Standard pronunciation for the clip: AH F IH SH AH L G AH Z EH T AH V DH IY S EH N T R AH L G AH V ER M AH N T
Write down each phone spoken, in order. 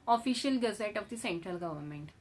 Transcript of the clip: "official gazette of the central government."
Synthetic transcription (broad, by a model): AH F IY SH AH L G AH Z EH T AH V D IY S EH N T R AH L G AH V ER M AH N T